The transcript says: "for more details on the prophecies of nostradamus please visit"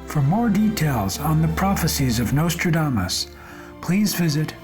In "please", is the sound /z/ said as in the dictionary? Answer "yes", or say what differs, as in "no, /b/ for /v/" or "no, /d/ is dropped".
yes